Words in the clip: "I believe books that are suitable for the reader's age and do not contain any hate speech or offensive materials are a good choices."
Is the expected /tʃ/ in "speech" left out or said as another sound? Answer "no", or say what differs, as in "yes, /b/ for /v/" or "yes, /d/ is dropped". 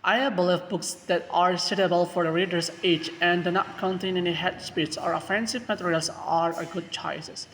yes, /s/ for /tʃ/